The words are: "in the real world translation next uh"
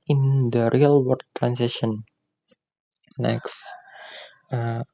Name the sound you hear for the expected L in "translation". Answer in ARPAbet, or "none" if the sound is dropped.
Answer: none